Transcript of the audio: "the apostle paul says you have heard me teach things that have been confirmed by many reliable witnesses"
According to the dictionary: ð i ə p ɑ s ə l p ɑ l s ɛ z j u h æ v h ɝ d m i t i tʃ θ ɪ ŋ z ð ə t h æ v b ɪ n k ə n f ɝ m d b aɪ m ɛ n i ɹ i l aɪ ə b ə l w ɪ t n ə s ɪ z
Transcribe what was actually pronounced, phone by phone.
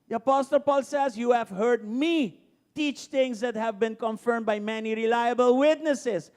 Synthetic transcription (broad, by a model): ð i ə p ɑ s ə l p ɑ l s ɛ z j u h æ v h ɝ d m i t i tʃ t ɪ ŋ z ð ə t h æ v b ɪ n k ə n f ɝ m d b aɪ m ɛ n i ɹ i l aɪ ə b ə l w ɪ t n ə s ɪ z